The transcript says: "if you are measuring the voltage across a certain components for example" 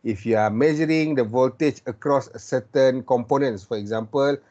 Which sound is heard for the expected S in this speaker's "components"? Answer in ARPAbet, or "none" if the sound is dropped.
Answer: S